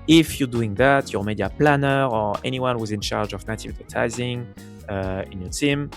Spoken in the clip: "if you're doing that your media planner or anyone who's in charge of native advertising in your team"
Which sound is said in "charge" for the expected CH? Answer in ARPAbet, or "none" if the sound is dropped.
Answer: CH